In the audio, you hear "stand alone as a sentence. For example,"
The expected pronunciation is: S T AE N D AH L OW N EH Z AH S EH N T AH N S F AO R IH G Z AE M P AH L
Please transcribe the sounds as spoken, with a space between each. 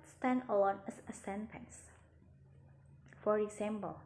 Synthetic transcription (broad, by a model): S T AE N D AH W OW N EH S AH S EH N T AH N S F AO R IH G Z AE M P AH L